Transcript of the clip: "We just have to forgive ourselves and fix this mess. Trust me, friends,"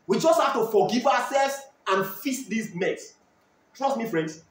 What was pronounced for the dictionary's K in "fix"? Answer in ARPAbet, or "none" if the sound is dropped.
none